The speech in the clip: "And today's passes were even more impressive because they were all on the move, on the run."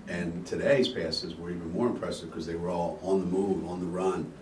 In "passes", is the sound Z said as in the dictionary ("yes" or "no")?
yes